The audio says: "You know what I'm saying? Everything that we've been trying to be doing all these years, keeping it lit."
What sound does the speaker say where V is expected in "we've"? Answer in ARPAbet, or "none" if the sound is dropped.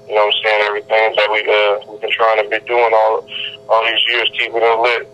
W